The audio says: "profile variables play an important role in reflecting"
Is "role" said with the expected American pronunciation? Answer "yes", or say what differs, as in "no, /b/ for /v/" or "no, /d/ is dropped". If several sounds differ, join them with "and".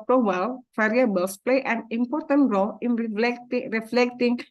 yes